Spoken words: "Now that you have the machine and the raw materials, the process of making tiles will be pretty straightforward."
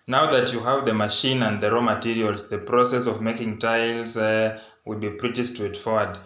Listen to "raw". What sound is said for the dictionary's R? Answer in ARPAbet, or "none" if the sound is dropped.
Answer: R